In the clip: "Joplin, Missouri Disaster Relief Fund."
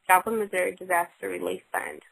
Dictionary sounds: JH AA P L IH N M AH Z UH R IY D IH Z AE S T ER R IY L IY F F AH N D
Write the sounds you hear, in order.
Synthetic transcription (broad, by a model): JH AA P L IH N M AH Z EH R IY D IH Z AE S T ER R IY L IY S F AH N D